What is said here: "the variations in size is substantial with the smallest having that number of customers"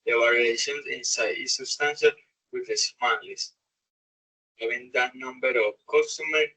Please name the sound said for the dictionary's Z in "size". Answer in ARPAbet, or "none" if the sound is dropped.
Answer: none